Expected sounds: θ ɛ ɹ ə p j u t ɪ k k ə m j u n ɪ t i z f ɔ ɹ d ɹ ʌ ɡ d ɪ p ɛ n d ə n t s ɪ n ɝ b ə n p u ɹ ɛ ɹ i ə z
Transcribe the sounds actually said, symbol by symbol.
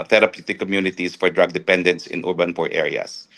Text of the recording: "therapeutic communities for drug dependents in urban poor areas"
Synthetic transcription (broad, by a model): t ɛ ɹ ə p j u t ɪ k k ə m j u n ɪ t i s f ɔ ɹ d ɹ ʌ ɡ d ɪ p ɛ n d ə n t s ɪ n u b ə n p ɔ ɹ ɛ ɹ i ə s